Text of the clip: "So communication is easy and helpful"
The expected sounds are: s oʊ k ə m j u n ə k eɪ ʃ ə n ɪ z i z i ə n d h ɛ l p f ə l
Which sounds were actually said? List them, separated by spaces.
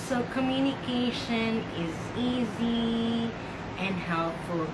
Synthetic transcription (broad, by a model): s oʊ k ə m j u n ə k eɪ ʃ ə n ɪ z i z i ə n h ɛ l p f l